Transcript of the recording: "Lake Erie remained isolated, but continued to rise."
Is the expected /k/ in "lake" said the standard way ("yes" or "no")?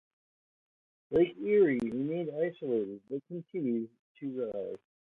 no